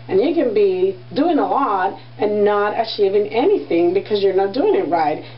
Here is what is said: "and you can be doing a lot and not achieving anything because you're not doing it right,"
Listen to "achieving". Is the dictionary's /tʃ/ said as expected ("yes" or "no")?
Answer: no